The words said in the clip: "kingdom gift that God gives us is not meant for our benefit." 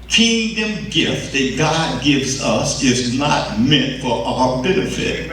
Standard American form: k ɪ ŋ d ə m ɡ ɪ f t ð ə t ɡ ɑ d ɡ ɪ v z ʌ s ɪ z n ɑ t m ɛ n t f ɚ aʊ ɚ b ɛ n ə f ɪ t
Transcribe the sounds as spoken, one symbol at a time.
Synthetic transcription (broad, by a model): k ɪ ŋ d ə m ɡ ɪ f t ð ə t ɡ ɑ d ɡ ɪ v z ʌ s ɪ z n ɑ t m ɛ n t f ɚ aʊ ɚ b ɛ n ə f ɪ t